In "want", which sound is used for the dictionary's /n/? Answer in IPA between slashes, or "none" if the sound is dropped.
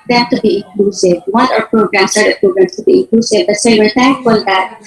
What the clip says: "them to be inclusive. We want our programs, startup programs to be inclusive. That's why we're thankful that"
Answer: none